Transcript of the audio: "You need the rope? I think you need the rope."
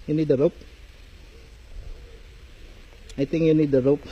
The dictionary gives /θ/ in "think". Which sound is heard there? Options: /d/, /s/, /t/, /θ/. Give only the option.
/t/